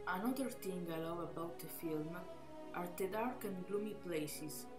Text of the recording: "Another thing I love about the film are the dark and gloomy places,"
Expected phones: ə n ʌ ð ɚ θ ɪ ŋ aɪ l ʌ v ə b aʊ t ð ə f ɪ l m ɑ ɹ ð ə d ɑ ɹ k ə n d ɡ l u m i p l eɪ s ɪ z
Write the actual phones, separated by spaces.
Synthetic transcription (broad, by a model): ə n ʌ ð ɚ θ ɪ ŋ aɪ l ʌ w ə b aʊ t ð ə f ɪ l m ɑ ɹ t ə d ɑ ɹ k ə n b l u m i p l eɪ s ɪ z